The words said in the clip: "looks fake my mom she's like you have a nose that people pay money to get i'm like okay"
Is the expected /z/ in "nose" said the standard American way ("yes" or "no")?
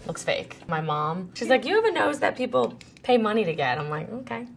yes